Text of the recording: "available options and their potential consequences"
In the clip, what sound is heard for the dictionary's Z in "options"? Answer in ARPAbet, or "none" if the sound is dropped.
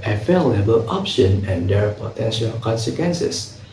none